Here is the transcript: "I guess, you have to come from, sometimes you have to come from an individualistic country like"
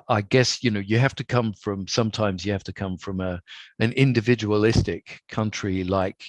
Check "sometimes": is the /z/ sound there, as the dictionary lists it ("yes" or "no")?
yes